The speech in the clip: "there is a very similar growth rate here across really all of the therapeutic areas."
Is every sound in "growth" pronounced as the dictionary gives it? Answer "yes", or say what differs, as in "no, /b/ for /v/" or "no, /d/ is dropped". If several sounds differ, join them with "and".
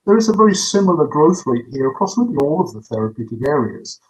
yes